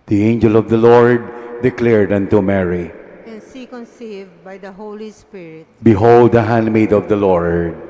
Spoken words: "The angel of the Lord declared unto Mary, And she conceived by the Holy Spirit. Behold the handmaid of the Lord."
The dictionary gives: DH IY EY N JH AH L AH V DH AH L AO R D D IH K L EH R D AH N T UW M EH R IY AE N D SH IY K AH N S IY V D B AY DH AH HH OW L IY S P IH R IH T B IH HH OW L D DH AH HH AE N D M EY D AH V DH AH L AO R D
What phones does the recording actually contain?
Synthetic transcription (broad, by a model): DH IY EY N JH AH L AH V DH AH L AO R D D IH K L EH R D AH N T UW M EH R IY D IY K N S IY B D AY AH HH OW L IY S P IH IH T B IH HH OW L D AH HH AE N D M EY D AH V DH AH L AO R D